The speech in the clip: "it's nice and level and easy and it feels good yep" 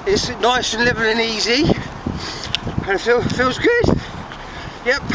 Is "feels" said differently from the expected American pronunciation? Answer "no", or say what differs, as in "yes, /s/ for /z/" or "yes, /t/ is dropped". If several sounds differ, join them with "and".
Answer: no